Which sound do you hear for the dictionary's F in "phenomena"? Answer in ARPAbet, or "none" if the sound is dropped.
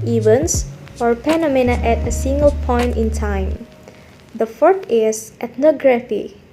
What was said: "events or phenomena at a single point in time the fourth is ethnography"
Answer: P